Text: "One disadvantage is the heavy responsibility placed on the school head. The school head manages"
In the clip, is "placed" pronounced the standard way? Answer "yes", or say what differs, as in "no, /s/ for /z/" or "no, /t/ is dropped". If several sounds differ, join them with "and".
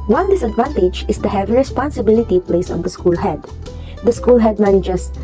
no, /t/ is dropped